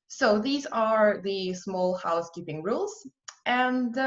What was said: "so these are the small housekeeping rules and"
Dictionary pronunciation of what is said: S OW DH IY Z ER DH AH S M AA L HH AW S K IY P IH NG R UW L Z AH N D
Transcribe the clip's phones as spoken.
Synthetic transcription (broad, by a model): S OW DH IY Z ER DH AH S M AA L HH AW S K IY P IH NG R UW L Z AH N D